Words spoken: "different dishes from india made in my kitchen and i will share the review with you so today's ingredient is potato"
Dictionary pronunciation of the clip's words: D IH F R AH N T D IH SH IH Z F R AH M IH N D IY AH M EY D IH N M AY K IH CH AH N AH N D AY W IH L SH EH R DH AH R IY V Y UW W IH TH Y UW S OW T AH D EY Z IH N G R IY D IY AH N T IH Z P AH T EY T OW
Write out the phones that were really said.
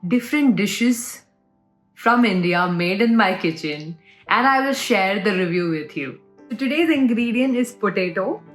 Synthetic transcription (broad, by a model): D IH F R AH N T D IH SH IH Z F R AH M IH N D IY AH M EY D IH N M AY K IH CH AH N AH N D AY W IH L SH EH R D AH R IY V Y UW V IH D Y UW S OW T AH D EY Z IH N G R IY D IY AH N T IH Z P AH T EY T OW